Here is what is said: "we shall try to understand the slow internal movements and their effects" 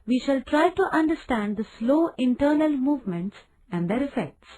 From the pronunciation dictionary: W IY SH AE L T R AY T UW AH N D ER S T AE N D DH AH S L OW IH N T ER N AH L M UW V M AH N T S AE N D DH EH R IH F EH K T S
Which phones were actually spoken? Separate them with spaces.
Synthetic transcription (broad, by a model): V IY SH AE L T R AY T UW AH N D ER S T AE N D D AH S L OW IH N T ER N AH L M UW V M AH N T S AE N D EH R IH F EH K T S